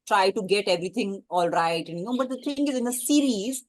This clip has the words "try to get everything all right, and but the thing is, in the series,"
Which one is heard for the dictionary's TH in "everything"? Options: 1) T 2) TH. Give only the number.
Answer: 1